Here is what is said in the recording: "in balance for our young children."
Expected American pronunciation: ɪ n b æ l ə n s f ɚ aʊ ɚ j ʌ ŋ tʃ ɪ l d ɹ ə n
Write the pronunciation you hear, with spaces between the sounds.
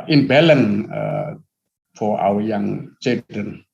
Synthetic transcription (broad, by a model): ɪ n b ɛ l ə n f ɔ aʊ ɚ j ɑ ŋ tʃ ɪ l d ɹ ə n